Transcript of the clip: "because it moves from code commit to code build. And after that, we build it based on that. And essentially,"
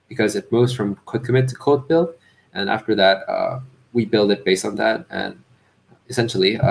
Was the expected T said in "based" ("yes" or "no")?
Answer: yes